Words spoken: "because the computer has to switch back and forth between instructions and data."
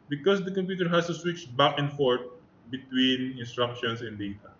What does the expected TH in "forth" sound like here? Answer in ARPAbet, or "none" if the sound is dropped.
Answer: T